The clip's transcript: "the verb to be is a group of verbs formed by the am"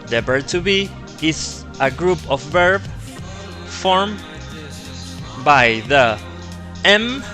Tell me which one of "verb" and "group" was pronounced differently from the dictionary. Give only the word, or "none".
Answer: verb